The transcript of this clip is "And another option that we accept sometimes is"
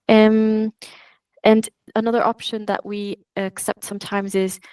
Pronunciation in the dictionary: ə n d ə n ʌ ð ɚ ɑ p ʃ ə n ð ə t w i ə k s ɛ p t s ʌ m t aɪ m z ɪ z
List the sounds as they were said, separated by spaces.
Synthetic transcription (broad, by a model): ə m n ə n ʌ ð ɚ ɑ p ʃ ə n ð ə t w i ə k s ɛ p t s ʌ m t aɪ m z ɪ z